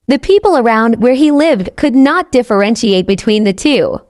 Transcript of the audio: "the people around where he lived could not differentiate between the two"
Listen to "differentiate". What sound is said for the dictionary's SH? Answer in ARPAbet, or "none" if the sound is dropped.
SH